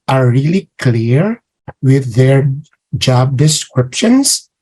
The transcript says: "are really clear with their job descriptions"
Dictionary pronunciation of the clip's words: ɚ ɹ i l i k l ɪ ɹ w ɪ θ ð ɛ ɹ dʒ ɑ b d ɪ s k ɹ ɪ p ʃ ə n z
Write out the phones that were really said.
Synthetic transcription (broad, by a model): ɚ ɹ i l i k l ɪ ɹ w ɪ ð ɛ ɹ dʒ ɑ b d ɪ s k ɹ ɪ p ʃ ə n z